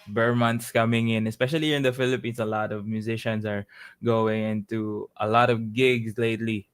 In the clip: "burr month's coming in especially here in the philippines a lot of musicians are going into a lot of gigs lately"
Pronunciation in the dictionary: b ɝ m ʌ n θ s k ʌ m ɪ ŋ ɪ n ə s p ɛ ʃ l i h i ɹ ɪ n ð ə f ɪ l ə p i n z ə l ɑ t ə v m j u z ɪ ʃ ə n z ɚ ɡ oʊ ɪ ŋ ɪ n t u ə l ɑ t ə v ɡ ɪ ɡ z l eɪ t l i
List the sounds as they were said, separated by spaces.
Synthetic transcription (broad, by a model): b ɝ m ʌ n t s k ʌ m ɪ ŋ ɪ n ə s p ɛ ʃ i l i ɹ ɪ n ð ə f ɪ l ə p i n s ə l ɑ t ə v m j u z ɪ ʃ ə n s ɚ ɡ oʊ ɪ ŋ ɪ n t u ə l ɑ t ə v ɡ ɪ ɡ s l eɪ t l i